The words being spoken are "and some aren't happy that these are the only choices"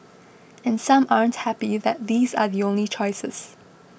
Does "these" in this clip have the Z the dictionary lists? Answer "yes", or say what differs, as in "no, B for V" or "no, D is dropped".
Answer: yes